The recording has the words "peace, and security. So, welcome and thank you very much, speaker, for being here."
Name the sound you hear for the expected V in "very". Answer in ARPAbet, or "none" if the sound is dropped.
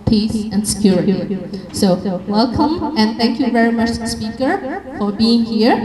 V